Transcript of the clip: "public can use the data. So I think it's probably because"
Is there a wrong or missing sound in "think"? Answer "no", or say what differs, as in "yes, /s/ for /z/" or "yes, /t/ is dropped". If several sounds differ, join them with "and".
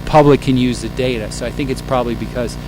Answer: no